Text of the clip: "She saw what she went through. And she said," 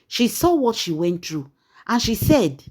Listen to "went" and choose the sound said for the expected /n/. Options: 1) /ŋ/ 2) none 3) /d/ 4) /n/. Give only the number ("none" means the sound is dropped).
4